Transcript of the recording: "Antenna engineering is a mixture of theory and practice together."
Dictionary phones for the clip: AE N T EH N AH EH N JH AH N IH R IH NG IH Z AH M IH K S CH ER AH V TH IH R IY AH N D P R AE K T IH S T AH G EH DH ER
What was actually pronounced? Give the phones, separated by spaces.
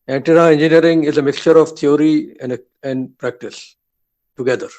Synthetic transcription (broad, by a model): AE N T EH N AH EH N JH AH N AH R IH NG IH Z AH M IH K S CH ER AH V T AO R IY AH N D P R AE K T IH S T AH G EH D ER